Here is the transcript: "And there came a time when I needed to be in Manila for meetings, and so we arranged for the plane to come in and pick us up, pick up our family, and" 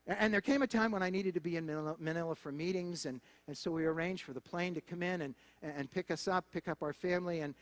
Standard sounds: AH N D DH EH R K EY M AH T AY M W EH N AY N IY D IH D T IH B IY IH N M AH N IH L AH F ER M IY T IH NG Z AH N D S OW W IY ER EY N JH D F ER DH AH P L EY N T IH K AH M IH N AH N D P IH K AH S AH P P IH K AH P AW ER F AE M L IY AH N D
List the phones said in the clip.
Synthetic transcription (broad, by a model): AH N DH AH R K EY M AH T AY M W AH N AY N IY D IH D T IH B IY IH N M AH N IH L AH F ER M IY T IH NG Z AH N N S OW W IY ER EY N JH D F ER DH AH P L EY N T IH K AH M IH N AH N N P IH K AH S AH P P IH K AH P AW ER F AE M L IY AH N